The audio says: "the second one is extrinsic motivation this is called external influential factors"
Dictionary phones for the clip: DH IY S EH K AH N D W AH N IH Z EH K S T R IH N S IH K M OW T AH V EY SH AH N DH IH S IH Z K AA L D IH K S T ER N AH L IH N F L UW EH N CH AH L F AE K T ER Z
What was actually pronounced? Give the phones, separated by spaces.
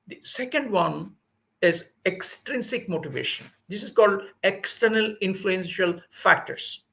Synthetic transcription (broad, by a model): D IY S EH K AH N D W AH N IH Z EH K S T R IH N S IH K M OW T AH V EY SH AH N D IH S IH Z K AA L D IH K S T ER N AH L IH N F L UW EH N SH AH L F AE K T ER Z